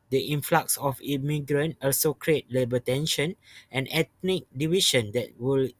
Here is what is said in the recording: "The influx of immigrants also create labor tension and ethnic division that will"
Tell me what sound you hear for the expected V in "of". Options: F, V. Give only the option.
F